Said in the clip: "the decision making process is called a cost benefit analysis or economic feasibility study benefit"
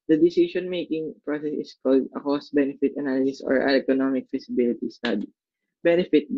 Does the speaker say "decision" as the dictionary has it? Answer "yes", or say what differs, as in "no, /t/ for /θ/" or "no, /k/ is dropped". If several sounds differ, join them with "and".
no, /s/ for /ʒ/